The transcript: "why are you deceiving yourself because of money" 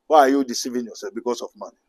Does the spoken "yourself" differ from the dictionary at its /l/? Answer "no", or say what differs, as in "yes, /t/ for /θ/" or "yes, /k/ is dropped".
yes, /l/ is dropped